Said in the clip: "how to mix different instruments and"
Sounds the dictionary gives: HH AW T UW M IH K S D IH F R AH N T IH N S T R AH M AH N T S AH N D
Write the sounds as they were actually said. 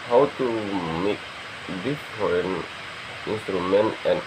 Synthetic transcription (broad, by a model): HH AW T UW M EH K D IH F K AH N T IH N S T R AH M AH N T AH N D